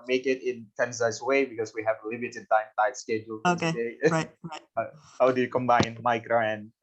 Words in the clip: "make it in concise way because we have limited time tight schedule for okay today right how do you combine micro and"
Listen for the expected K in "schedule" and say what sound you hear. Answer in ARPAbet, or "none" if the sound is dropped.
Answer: K